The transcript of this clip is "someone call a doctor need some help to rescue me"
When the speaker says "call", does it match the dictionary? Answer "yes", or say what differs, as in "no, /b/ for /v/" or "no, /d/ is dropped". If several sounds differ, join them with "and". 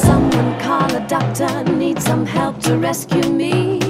no, /n/ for /l/